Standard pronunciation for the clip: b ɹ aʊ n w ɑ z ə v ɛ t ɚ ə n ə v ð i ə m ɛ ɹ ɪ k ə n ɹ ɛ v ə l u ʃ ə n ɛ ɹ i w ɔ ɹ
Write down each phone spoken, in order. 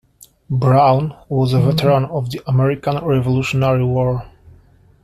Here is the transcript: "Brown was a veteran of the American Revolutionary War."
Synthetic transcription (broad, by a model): b ɹ aʊ n w ɑ z ə v ɛ t ɚ ə n ə v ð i ə m ɛ ɹ ɪ k ə n ɹ ɛ v ə l u ʃ ə n ɛ ɹ i w ɔ ɹ